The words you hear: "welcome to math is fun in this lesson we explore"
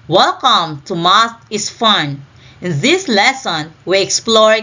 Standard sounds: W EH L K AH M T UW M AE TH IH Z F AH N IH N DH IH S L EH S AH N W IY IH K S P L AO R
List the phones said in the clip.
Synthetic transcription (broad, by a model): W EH L K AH M T UW M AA T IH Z F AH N IH N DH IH S L EH S AH N W IY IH K S P L AO R